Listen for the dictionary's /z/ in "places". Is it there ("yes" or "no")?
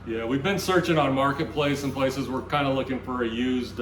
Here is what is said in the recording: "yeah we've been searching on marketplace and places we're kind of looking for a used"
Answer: yes